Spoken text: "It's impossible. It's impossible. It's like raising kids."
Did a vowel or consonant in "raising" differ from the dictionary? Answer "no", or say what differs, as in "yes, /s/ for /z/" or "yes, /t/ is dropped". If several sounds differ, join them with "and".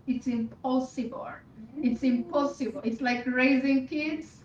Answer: no